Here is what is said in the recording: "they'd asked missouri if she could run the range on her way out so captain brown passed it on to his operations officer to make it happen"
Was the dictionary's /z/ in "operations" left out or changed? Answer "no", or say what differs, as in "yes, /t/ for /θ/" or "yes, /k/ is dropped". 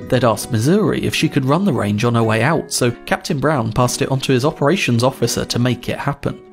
no